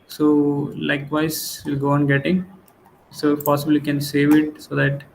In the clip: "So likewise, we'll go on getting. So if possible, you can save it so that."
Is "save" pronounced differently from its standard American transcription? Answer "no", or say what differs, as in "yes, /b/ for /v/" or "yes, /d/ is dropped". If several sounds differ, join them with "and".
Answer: no